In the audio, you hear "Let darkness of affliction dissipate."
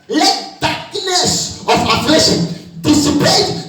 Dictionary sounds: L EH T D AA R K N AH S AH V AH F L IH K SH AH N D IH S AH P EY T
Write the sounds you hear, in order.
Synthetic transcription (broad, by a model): L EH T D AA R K N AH S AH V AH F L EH SH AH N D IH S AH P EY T